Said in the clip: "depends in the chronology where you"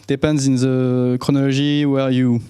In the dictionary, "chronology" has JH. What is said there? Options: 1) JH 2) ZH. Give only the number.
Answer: 2